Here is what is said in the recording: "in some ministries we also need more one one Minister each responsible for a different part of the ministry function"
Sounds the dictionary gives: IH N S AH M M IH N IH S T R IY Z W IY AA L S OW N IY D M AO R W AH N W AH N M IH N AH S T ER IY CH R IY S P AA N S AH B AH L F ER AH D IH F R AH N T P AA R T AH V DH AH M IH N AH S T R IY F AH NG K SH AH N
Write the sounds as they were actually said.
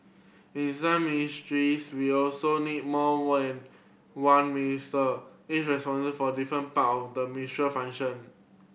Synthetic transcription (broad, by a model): IH N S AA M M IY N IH S T R IY S W IY AA L S OW N IY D M AO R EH N W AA N M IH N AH S T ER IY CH R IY S P AA N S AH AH F AH D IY F R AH N P AA T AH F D AH M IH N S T R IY F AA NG SH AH N